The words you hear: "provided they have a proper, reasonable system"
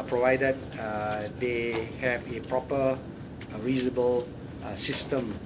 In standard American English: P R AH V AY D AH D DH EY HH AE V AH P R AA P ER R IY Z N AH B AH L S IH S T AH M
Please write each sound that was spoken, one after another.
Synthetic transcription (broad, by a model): P R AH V AY D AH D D EY HH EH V AH P R AA P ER R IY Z AH B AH L S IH S T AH M